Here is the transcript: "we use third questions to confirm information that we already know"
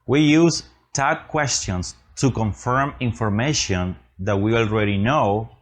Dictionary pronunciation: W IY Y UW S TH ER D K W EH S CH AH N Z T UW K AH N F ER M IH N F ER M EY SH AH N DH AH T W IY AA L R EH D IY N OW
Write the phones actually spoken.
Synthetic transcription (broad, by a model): W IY Y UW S T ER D K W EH S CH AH N S T UW K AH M F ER M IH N F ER M EY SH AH N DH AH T W IY AA L R EH D IY N OW